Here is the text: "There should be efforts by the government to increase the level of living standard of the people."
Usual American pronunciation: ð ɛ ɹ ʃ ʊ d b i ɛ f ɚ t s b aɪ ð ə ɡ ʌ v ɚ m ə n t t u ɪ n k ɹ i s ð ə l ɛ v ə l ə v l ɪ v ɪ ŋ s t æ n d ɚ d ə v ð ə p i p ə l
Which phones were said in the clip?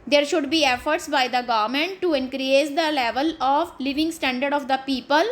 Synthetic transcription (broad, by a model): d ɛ ɹ ʃ ʊ d b i ɛ f ɚ t s b aɪ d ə ɡ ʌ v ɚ m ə n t t u ɪ n k ɹ i s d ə l ɛ v ə l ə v l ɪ v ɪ ŋ s t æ n d ɚ d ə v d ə p i p ə l